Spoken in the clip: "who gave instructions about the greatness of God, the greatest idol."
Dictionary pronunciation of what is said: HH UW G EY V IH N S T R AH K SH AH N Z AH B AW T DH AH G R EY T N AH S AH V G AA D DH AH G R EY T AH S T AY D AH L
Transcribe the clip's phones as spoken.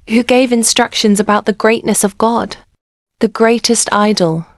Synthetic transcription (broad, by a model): HH UW G EY V IH N S T R AH K SH AH N Z AH B AW T DH AH G R EY T N AH S AH V G AA D DH AH G R EY T AH S T AY D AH L